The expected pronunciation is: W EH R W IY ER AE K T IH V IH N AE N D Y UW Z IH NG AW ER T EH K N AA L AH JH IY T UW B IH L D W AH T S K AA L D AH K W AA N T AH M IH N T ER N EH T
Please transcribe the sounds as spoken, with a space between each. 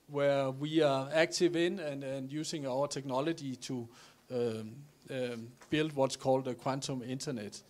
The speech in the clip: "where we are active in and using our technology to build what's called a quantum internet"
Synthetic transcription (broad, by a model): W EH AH W IY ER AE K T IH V IH N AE N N Y UW S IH NG AW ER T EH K N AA L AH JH IY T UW B IH L D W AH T S K AA L D AH K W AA N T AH M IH N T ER N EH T